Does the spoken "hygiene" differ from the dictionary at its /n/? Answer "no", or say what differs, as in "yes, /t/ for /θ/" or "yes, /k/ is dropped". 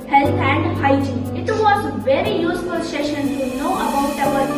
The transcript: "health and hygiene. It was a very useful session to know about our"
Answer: yes, /n/ is dropped